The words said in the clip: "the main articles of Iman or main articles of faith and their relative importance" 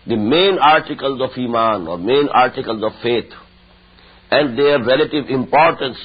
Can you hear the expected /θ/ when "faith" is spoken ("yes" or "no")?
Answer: no